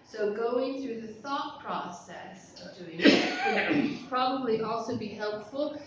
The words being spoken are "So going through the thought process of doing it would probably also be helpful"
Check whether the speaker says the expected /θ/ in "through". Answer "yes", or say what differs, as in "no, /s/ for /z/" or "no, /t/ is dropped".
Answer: yes